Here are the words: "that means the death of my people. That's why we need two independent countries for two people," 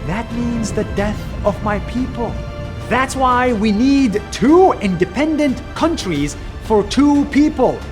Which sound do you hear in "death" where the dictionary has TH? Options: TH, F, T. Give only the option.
TH